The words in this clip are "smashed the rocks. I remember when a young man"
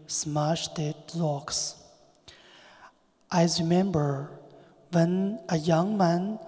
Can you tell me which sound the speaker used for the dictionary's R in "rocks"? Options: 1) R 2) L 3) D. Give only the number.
2